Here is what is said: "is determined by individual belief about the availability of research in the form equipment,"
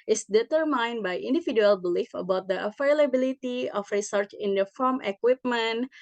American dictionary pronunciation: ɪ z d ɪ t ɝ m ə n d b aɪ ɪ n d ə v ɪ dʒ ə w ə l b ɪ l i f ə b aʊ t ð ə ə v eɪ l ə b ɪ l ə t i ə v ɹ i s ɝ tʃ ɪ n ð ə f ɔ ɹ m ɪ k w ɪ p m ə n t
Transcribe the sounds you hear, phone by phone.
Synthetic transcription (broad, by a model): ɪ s d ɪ t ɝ m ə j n b aɪ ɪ n d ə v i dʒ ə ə l b ɪ l i f ə b aʊ t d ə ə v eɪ l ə b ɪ l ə t i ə f ɹ i s ɝ tʃ ɪ n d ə f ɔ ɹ m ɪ k w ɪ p m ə n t